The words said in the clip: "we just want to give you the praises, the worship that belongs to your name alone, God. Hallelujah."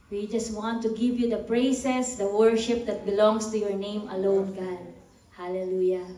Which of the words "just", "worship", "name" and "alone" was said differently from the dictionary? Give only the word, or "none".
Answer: none